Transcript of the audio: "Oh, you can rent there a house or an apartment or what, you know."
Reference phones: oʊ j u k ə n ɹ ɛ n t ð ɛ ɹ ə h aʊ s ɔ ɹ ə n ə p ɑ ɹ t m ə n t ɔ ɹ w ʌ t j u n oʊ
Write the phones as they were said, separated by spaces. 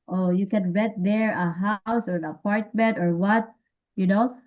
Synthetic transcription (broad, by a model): oʊ j u k ə n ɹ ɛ t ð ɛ ɹ ə h aʊ s ɔ ɹ ə n ə p ɑ ɹ t m ə n t ɔ ɹ w ʌ t j u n oʊ